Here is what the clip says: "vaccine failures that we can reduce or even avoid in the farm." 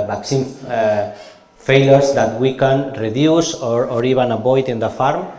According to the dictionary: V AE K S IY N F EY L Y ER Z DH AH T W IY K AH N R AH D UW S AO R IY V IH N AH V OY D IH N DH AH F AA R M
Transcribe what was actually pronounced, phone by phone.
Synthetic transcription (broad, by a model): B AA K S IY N F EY L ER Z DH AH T W IY K AH N R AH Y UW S AO R IY B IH N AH B OY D IH N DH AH F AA R M